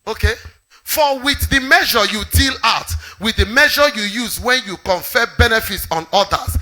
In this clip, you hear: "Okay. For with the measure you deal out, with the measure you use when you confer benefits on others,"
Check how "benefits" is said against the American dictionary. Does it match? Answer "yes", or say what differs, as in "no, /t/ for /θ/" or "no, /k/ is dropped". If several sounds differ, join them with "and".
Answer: yes